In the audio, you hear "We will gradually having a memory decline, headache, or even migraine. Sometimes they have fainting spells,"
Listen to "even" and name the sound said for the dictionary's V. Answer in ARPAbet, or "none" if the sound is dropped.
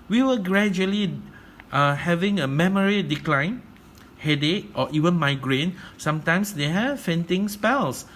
V